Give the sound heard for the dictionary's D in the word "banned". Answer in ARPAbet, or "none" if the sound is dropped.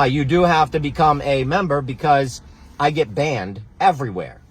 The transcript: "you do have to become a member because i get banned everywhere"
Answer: D